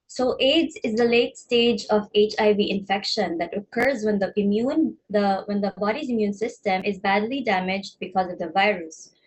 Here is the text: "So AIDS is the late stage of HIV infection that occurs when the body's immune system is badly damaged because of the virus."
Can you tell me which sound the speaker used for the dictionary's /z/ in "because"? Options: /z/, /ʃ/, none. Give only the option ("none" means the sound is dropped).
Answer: /z/